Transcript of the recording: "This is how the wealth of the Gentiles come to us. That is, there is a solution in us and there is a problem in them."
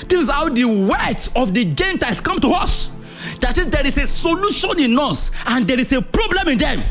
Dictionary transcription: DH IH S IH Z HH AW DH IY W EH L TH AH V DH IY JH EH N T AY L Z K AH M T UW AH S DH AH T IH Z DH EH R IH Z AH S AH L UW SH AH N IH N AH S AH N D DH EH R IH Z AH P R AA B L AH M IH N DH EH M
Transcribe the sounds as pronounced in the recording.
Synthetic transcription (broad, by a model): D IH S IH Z HH AW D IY W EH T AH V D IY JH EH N T AY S K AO M T UW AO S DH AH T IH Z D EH R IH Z AH S AH L UW SH AH N IH N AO S AH N D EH R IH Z AH P R AA B L AH M IH N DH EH M